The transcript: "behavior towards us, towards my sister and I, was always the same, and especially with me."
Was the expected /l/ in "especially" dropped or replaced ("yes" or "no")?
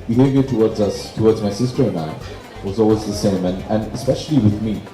no